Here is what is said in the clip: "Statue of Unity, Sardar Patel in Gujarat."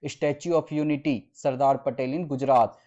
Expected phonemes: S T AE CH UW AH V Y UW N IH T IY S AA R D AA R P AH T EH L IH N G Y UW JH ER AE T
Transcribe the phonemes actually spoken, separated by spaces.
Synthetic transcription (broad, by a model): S T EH CH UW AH P Y UW N IH T IY S AA R D AA R P AH T EH L IH N G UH JH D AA T